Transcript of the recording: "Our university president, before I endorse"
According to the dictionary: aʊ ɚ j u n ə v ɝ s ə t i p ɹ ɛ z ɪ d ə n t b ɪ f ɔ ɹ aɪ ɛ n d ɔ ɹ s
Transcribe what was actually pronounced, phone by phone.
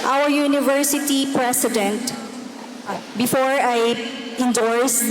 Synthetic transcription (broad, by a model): aʊ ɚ j u n ə v ɝ s ə t i p ɹ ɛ s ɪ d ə n t b ɪ f ɔ ɹ aɪ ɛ n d ɔ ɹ s